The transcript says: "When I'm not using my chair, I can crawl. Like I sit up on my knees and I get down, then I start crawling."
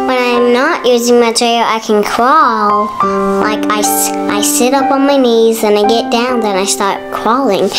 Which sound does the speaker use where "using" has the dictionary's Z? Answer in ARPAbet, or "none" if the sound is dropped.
Z